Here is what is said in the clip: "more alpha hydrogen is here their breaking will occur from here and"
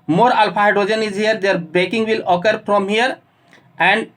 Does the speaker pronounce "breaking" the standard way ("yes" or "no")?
no